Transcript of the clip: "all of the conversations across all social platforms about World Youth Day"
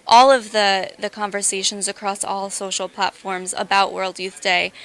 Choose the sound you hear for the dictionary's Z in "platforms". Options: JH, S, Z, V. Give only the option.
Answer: Z